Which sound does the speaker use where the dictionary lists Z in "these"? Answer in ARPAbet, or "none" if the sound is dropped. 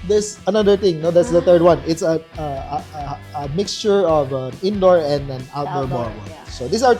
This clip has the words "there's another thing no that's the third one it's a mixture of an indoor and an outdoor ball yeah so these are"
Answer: S